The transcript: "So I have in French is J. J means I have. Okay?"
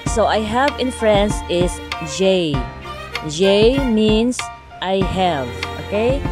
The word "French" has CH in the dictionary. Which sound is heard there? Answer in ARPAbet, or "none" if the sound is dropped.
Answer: S